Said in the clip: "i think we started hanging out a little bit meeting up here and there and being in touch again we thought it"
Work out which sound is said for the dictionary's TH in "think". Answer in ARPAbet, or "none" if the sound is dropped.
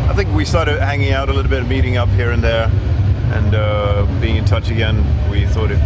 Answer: TH